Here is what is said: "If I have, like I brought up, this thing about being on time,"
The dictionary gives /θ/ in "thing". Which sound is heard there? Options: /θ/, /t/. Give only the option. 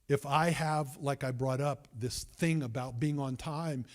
/θ/